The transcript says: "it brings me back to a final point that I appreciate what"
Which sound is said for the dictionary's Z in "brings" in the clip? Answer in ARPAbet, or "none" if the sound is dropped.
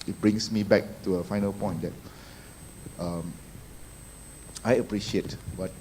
S